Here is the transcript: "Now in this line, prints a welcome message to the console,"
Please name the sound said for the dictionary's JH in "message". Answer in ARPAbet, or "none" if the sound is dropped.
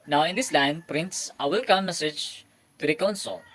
JH